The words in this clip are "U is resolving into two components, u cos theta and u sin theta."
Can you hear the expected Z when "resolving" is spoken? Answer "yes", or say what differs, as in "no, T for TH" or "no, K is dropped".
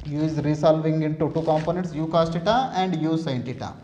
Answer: no, S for Z